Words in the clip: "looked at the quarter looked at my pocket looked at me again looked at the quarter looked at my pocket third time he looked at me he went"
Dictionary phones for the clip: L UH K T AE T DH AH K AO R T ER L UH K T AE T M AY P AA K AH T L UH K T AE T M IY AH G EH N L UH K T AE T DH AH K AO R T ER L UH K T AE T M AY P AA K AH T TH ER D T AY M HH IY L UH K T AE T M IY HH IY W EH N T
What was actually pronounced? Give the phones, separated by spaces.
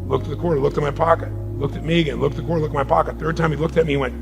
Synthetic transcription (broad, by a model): L UH K T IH DH AH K AO R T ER L UH K T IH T M AY P AA K AH T L UH K T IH T M IY AH G EH N L UH K T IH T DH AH K AO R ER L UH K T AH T M AY P AA K AH T TH ER D T AY M IY L UH K T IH T M IY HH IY W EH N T